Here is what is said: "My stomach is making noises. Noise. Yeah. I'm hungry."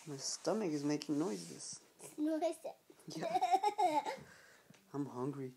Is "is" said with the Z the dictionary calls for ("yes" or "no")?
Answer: yes